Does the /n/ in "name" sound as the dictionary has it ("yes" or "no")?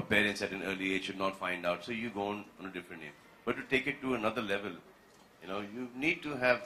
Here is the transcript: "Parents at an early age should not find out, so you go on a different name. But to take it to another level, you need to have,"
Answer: no